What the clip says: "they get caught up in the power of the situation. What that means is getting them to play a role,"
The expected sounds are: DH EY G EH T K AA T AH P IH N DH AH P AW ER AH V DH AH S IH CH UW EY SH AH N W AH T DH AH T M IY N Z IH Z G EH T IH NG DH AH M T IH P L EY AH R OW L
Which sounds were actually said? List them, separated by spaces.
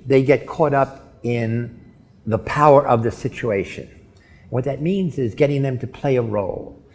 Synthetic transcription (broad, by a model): DH EY G EH T K AA T AH P IH N DH AH P AW ER AH V DH AH S IH CH UW EY SH AH N W AH T DH AH T M IY N Z IH Z G EH T IH NG DH AH M T IH P L EY AH R OW L